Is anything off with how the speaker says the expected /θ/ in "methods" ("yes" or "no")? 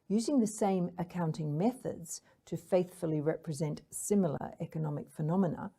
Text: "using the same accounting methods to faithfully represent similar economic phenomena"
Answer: no